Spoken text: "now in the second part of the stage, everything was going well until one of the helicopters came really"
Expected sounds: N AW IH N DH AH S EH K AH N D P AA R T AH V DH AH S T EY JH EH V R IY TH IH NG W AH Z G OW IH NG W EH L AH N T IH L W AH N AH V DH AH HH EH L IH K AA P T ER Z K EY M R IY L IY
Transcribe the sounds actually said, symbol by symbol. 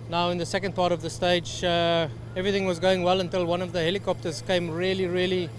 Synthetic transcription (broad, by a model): N AW IH N DH AH S EH K AH N D P AA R T AH V DH AH S T EY JH EH V R IY TH IH NG W AH Z G OW IH NG W EH L AH N T IH L W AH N AH V DH AH HH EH L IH K AA P T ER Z K EY M R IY L IY